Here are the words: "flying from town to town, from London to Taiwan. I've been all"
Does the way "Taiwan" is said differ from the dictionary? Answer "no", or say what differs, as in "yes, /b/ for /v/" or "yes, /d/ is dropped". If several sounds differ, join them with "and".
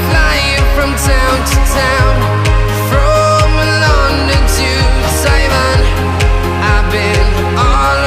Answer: yes, /s/ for /t/